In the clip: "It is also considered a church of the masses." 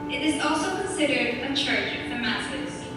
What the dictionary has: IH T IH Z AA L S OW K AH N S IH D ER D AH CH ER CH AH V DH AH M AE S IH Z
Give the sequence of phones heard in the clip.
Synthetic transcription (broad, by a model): IH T IH Z AA L S OW K AH N S IH D ER D AH CH ER CH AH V DH AH M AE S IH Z